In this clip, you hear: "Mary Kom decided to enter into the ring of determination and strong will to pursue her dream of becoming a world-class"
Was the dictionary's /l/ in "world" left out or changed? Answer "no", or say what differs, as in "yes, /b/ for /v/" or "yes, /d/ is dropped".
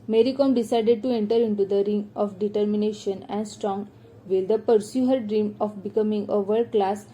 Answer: yes, /l/ is dropped